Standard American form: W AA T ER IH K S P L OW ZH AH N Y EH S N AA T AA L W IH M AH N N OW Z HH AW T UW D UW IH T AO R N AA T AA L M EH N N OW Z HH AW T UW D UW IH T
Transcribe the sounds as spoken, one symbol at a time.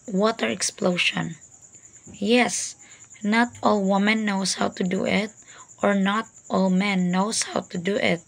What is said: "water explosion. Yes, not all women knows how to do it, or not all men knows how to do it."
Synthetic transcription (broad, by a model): W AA T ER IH K S P L OW SH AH N Y EH S N AA T AA L W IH M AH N N OW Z HH AW T UW D UW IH T AO R N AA T AA L M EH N N OW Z HH AW T UW D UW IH T